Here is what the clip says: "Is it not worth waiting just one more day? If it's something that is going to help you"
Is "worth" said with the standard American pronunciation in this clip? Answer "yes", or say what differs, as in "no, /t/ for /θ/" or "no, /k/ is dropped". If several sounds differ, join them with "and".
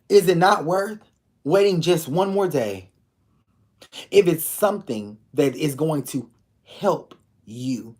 yes